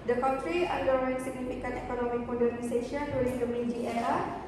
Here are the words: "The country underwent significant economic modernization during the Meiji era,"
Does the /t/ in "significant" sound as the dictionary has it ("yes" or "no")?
no